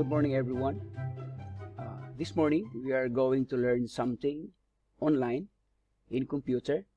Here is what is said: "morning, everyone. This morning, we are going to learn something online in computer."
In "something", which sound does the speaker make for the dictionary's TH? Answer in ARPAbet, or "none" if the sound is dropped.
T